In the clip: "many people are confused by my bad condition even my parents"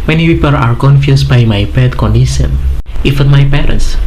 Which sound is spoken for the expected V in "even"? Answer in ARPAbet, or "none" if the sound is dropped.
F